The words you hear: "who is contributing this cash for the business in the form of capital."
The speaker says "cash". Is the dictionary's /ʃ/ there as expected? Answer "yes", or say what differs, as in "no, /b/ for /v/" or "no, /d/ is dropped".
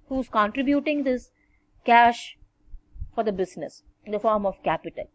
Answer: yes